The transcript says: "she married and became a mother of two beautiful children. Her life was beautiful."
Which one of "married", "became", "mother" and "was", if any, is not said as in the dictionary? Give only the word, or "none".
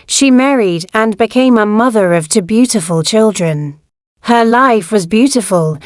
none